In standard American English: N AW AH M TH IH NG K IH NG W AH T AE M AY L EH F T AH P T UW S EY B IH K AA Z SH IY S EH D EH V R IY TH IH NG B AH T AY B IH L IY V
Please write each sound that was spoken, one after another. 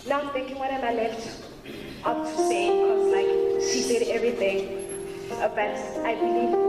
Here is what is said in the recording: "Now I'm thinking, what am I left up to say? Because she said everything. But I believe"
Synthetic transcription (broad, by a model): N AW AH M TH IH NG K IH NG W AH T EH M AY L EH F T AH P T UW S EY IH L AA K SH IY S EH D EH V R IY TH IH NG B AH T AY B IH L IY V